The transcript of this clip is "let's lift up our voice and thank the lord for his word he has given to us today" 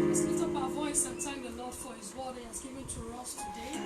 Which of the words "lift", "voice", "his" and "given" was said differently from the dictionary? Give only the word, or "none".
lift